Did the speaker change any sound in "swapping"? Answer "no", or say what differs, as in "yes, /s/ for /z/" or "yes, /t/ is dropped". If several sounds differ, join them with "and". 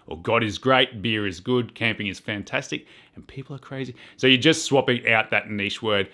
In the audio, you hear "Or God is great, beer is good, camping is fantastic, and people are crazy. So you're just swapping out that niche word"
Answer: no